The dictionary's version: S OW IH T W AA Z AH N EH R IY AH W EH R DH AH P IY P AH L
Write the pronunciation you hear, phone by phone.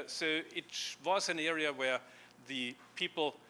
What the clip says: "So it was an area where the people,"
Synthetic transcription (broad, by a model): S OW IH T W AA Z AH N EH R IY AH W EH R DH AH P IY P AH L